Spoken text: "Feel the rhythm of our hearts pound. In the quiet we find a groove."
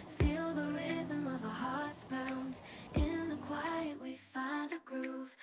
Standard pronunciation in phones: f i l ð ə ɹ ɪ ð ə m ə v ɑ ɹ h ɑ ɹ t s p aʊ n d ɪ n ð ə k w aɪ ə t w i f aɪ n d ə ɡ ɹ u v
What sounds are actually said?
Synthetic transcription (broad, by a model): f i l ð ə ɹ ɪ ð ə m ə v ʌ h ɑ ɹ t s b aʊ n d ɪ n ð ə k w aɪ ə t w i f aɪ n d ə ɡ ɹ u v